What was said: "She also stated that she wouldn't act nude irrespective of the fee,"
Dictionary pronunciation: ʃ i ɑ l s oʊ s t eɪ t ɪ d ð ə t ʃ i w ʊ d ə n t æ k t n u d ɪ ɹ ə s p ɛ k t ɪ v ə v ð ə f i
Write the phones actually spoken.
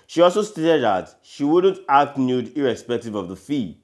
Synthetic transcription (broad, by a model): ʃ i ɑ l s oʊ s t eɪ t ɪ d ð ə t ʃ i w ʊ d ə n t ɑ k t n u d ɪ ɹ ə s p ɛ k t ɪ v ə v ð ə f i